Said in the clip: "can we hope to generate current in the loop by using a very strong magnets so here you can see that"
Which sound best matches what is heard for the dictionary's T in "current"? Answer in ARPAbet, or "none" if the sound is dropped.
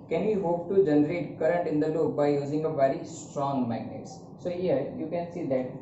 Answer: T